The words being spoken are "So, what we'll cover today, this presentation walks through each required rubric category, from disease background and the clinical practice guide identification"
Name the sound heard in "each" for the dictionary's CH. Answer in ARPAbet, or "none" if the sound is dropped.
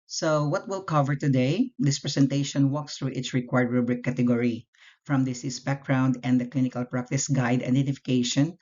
S